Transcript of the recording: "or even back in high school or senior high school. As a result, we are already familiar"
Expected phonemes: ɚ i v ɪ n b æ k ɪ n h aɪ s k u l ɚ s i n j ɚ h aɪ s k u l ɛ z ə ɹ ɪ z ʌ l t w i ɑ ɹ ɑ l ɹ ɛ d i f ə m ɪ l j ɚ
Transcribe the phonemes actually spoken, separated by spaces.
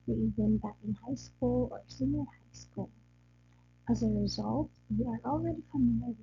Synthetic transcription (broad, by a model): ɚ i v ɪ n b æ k ɪ n h aɪ s k u l ɚ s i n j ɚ h aɪ s k u l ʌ z ə ɹ ɪ z ʌ l t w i ɑ ɹ ɑ l ɹ ɛ d i f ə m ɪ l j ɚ